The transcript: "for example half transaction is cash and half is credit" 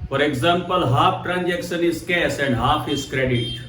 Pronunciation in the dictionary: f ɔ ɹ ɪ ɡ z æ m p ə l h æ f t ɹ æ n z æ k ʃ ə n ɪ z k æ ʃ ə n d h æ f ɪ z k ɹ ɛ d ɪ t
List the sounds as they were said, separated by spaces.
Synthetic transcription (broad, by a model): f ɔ ɹ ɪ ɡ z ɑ m p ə l h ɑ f t ɹ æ n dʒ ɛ k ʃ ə n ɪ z k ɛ s ə n d h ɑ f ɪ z k ɹ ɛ d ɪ t